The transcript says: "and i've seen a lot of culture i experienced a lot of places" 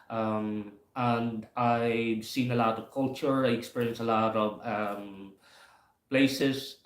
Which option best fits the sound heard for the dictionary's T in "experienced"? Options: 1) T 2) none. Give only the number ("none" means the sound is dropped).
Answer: 2